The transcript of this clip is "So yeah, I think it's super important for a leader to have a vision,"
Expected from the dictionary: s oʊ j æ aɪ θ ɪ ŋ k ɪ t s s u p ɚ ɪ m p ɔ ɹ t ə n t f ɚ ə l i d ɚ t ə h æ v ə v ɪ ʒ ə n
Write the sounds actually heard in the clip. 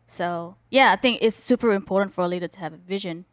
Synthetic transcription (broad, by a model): s oʊ j æ aɪ θ ɪ ŋ k ɪ t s s u p ɚ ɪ m p ɔ ɹ t n t f ɚ ə l i d ɚ t ə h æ v ə v ɪ ʒ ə n